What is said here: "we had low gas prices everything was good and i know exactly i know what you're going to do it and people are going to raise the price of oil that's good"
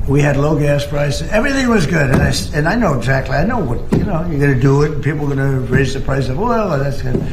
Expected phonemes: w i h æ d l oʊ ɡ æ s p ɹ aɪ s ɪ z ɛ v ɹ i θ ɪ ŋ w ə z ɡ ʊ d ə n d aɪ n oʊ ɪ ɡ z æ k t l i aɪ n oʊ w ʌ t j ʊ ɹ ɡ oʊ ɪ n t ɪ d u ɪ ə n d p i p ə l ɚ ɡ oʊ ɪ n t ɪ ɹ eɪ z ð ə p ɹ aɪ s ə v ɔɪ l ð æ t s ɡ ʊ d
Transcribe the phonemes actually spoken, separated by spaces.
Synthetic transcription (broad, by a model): w i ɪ d l oʊ ɡ æ s p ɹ aɪ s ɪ ɛ v ɹ i θ ɪ ŋ w ə z ɡ ʊ d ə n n aɪ n oʊ ɪ ɡ z æ k t l i aɪ n oʊ w ʌ t j ʊ ɹ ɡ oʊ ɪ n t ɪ d ɪ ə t p i p l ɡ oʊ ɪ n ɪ ɹ eɪ z ð ə p ɹ aɪ s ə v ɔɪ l ð æ t s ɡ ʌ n